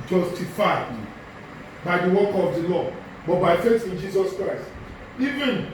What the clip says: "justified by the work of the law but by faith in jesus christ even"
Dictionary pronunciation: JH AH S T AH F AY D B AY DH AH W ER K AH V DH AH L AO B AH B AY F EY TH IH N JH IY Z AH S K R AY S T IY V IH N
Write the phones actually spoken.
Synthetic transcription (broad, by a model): JH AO S T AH F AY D B AY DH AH W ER K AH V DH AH L AO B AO B AY F EY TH IH N JH IY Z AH S K R AY S T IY V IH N